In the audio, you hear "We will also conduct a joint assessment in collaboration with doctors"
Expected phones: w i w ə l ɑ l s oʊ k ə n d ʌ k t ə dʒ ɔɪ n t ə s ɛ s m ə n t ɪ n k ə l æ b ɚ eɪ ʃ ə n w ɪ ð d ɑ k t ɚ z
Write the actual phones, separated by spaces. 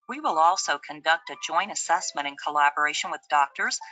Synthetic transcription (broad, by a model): w i w ə l ɑ l s oʊ k ə n d ʌ k t ə dʒ ɔɪ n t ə s ɛ s m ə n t ɪ n k ə l æ b ɚ eɪ ʃ ə n w ɪ ð d ɑ k t ɚ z